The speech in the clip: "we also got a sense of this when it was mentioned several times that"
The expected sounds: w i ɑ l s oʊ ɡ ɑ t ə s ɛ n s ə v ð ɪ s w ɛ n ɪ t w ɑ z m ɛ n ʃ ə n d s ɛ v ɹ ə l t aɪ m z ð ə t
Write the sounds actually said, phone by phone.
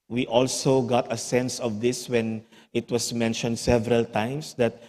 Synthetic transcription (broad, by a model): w i ɑ l s oʊ ɡ ɑ t ə s ɛ n s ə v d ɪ s w ɛ n ɪ t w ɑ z m ɛ n ʃ ə n d s ɛ v ɹ ə l t aɪ m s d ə t